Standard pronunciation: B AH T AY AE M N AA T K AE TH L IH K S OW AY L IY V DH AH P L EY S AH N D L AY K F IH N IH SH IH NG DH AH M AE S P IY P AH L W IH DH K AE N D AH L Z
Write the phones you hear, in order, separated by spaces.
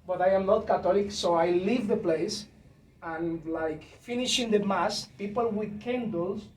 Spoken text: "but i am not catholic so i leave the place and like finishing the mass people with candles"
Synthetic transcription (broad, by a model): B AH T AY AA M N AA T K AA T L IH K S OW AY L IY V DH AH P L EY S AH N L AY K F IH N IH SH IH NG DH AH M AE S P IY P AH L W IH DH K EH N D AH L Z